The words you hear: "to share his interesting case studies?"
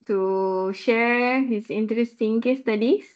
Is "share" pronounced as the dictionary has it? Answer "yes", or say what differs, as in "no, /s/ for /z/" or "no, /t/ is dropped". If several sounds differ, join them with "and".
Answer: yes